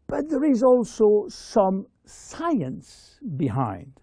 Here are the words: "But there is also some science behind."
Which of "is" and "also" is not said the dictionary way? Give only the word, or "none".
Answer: none